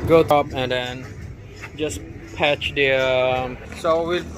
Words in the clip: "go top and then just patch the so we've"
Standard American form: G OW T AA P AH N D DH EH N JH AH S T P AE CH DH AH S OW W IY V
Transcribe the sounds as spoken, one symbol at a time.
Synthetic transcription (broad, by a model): G OW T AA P AH N D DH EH N JH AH S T P AE CH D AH S OW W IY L